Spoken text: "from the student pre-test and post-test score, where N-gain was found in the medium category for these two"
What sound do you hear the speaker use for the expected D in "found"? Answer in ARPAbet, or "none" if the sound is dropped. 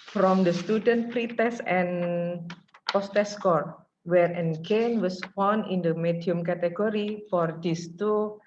none